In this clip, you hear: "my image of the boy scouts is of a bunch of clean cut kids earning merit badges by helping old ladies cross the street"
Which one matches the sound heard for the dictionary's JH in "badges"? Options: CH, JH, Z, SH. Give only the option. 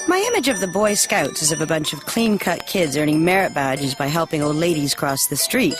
JH